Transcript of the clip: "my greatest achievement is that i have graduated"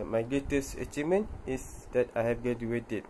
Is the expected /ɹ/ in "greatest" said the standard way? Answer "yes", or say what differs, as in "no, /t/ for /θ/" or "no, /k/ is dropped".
no, /ɹ/ is dropped